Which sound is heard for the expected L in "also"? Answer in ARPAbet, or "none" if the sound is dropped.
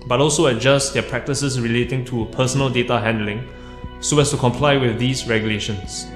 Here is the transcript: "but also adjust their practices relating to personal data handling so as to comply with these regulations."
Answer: L